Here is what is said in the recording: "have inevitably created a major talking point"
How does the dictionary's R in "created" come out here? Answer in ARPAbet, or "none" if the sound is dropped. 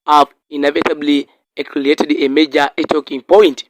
L